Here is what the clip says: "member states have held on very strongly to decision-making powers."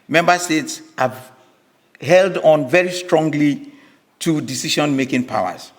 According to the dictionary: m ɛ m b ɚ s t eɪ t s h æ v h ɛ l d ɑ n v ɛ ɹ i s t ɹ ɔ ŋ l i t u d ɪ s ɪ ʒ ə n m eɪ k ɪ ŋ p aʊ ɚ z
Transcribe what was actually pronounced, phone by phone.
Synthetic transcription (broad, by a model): m ɛ m b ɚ s t eɪ t s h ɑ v h ɛ l d ɑ n v ɛ ɹ i s t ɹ ɔ ŋ l i t u d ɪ s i ʃ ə n m eɪ k ɪ ŋ p aʊ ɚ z